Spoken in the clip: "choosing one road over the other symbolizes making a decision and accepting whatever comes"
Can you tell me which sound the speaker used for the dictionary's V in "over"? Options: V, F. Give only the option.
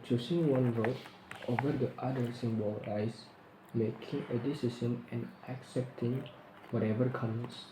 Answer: V